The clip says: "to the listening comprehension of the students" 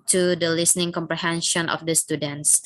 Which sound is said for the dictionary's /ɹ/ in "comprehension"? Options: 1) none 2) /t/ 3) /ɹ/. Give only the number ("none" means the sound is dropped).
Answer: 3